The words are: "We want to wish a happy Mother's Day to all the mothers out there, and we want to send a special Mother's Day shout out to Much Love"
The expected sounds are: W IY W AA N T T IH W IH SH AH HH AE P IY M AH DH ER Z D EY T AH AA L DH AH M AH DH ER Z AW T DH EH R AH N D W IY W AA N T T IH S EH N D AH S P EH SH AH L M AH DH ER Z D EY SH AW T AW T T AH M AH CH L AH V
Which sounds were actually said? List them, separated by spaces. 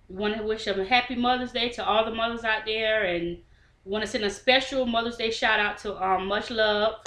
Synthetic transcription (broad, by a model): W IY W AA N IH W IH SH AH HH AE P IY M AH DH ER Z D EY T AH AA L DH AH M AH DH ER Z AW T DH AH R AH N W W AA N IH S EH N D AH S P EH SH L M AH DH ER Z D EY SH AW T AW T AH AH M AH CH L AH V